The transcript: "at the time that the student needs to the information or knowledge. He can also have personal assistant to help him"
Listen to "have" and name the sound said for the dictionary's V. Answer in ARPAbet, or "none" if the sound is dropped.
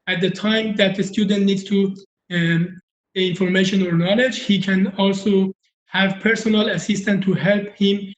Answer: V